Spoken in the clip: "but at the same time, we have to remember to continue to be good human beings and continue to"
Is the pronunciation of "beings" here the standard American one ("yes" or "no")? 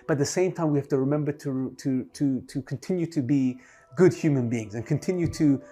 yes